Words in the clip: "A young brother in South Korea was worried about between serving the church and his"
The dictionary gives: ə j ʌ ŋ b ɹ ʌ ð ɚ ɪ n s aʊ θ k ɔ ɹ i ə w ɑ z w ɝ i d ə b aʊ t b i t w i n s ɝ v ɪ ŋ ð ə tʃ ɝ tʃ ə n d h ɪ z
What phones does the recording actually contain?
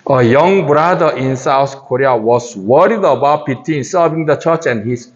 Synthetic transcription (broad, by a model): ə j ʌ ŋ b ɹ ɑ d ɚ ɪ n s aʊ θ k ɔ ɹ i ə w ɑ s w ɝ i d ə b aʊ t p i t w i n s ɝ v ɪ ŋ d ə tʃ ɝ tʃ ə n h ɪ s